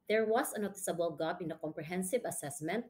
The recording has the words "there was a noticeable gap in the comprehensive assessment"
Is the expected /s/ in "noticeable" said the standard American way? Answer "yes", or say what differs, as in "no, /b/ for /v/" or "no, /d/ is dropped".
yes